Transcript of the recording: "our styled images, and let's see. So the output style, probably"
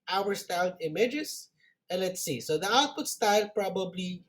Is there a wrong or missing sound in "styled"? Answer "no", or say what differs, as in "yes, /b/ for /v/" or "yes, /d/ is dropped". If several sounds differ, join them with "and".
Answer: yes, /n/ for /l/